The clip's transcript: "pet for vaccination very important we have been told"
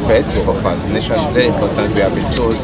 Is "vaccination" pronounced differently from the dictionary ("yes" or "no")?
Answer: yes